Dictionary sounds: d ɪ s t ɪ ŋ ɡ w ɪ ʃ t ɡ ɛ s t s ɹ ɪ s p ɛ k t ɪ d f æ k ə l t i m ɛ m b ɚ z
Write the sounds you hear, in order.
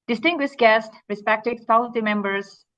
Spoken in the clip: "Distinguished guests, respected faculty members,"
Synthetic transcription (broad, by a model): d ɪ s t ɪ ŋ ɡ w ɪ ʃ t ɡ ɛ s t ɹ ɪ s p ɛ k t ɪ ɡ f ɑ ə n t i m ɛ m b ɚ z